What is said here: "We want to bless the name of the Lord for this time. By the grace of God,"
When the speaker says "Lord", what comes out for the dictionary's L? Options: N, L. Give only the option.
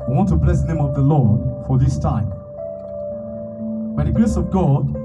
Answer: L